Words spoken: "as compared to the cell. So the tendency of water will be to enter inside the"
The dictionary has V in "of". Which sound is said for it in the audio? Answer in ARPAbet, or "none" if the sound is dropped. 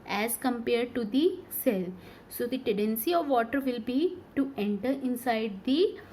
V